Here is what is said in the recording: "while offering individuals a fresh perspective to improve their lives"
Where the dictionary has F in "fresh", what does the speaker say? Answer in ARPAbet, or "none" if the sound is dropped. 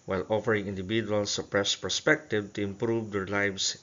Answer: P